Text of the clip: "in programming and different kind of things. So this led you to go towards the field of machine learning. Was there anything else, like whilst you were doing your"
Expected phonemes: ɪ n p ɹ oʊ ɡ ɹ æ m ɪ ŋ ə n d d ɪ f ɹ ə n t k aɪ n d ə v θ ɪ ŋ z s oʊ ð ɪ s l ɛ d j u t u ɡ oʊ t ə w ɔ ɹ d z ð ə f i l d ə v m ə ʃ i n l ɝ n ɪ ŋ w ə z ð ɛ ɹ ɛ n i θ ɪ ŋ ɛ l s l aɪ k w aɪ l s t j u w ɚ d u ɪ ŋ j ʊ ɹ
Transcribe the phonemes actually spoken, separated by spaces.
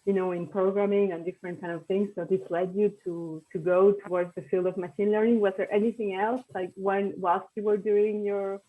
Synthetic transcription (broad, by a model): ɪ n p ɹ oʊ ɡ ɹ æ m ɪ ŋ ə n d d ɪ f ɹ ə n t k aɪ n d ə v θ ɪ ŋ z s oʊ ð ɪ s l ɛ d j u t u ɡ oʊ t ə w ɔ ɹ d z ð ə f i l d ə v m ə ʃ i n l ɝ n ɪ ŋ w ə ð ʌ ɹ ɛ n i θ ɪ ŋ ɛ l s l aɪ k w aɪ l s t j u w ɚ d u ɪ ŋ j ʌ ɹ